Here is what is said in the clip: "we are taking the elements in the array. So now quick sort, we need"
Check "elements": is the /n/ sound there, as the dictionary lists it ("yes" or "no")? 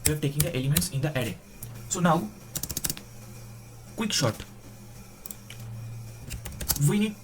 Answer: yes